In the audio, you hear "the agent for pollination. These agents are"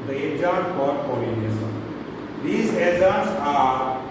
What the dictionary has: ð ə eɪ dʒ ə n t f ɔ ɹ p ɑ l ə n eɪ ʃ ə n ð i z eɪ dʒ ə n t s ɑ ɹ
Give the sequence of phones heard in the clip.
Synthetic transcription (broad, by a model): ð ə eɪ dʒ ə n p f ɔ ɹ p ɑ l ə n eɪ s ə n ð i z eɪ z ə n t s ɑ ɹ